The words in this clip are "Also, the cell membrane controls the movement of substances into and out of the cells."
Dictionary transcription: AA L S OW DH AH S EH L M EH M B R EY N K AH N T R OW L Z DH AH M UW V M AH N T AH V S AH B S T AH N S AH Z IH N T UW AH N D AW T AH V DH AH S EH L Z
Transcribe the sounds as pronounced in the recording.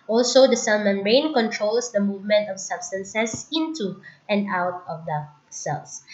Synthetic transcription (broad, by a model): AA L S OW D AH S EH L M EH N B R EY N K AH N T R OW L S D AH M UW V M AH N T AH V S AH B S T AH N S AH S IH N T UW AH N D AW T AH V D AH S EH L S